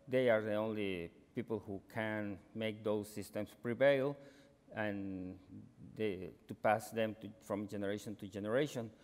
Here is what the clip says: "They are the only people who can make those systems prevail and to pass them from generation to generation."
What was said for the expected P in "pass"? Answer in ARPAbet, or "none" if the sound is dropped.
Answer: P